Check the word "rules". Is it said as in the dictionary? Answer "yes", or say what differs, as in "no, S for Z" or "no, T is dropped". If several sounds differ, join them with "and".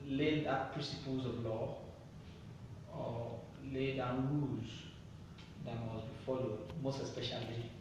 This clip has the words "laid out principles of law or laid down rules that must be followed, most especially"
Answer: no, L is dropped